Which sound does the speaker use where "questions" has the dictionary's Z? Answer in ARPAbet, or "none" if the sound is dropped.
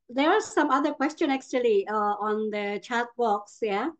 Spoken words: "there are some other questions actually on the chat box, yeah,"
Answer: none